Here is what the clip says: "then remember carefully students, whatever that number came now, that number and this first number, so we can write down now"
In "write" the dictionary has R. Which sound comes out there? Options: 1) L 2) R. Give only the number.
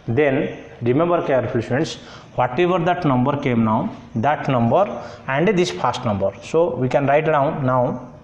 2